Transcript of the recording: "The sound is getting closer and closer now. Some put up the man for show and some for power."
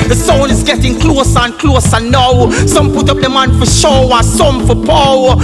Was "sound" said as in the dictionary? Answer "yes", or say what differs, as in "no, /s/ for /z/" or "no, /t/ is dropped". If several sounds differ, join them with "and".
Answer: no, /d/ is dropped